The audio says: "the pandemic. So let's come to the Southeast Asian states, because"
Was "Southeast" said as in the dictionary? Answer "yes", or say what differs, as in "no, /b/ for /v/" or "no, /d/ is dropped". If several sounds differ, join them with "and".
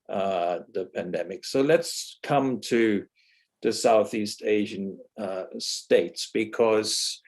yes